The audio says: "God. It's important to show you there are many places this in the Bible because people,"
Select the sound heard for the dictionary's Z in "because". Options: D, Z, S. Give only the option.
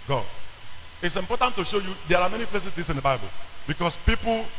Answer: S